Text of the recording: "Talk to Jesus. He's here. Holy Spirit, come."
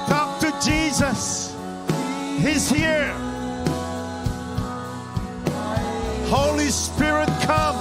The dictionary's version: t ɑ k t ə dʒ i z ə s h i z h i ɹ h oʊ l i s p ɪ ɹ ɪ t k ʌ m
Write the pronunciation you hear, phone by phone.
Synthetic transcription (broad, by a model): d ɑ k t ə dʒ i z ə s h i z h i ɹ h oʊ l i s p ɪ ɹ ɪ t k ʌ m